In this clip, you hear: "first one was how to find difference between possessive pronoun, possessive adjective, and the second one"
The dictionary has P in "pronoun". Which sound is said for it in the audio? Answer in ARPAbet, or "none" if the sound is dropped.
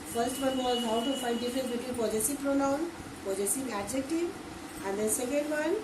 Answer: P